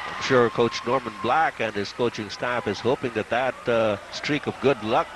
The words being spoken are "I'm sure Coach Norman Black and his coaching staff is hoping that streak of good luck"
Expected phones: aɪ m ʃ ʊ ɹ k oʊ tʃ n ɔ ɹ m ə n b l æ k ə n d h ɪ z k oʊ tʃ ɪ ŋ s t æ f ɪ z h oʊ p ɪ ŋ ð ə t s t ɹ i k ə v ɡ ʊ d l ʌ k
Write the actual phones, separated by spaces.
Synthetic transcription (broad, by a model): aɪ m ʃ ʊ ɹ k oʊ tʃ n ɔ ɹ m ə n b l æ k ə n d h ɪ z k oʊ tʃ ɪ ŋ s t æ f ɪ z h oʊ p ɪ ŋ ð ə t s t ɹ i k ə v ɡ ʊ d l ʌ k